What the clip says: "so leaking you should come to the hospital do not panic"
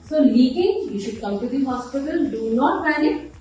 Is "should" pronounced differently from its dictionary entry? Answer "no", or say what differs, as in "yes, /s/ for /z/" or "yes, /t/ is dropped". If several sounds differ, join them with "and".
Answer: no